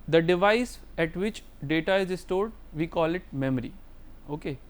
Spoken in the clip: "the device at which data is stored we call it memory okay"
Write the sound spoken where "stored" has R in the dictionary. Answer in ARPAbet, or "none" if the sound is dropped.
R